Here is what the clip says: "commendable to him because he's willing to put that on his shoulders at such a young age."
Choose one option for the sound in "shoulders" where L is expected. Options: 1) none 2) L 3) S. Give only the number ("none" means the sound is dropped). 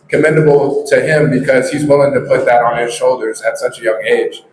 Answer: 2